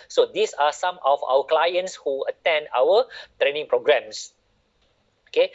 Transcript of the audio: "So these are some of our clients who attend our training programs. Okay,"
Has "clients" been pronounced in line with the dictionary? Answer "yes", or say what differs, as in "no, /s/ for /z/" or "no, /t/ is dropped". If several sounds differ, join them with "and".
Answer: yes